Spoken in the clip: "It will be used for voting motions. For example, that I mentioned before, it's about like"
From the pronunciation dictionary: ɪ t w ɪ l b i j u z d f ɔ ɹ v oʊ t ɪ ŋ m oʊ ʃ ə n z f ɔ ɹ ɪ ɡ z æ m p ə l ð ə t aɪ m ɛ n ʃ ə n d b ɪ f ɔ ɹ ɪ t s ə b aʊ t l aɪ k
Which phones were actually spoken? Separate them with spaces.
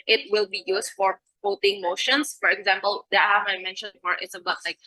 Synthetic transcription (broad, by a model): ɪ t w ɪ l b i j u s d f ɔ ɹ p oʊ t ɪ ŋ m oʊ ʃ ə n s f ɔ ɹ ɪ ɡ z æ m p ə l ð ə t aɪ m ɛ n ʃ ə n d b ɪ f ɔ ɹ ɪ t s ə b aʊ t l aɪ k